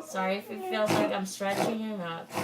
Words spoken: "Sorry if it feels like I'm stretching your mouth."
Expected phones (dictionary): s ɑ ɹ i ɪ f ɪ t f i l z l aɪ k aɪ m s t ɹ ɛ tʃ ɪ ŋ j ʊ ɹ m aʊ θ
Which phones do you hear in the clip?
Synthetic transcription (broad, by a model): s ɑ ɹ i ɪ f ɪ t f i l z l aɪ k aɪ m s t ɹ ɛ tʃ ɪ ŋ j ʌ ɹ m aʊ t